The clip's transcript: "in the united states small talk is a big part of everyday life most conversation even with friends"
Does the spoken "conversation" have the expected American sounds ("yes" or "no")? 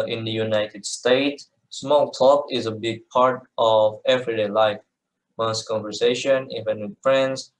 yes